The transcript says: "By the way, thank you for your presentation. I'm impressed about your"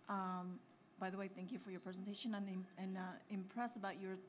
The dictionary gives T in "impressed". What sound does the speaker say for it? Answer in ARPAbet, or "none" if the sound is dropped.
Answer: none